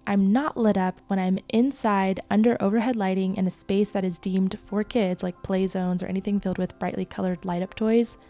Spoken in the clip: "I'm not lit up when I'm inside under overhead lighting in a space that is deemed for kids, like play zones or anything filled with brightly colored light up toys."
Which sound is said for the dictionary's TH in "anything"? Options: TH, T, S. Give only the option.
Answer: TH